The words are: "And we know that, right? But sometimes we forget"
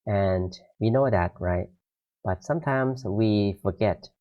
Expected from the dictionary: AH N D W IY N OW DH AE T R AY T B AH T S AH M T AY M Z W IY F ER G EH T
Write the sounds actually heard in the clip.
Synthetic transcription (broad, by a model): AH N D W IY N OW DH AE T R AY T B AH T S AH M T AY M Z W IY F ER G EH T